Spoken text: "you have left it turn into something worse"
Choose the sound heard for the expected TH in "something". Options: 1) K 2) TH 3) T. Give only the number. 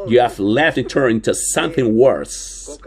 2